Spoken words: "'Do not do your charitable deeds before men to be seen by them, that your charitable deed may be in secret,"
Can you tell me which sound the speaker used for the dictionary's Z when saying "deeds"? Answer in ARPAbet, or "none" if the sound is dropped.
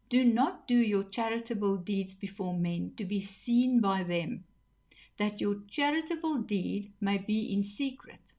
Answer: Z